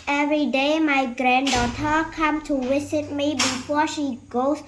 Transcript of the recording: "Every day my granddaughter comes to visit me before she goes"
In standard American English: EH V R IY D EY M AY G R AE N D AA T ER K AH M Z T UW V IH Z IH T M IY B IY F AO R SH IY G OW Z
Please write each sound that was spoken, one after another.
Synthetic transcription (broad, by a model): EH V R IY D EY M AY G R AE N D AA T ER K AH M T UW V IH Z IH T M IY B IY F AO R SH IY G OW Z